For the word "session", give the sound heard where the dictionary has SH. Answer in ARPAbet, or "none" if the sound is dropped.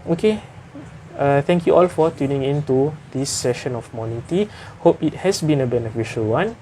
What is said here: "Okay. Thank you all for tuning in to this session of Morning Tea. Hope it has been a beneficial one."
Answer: SH